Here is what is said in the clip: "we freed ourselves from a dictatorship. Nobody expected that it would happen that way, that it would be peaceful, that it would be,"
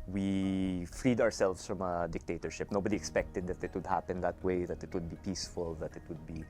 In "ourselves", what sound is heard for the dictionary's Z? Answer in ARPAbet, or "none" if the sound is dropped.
S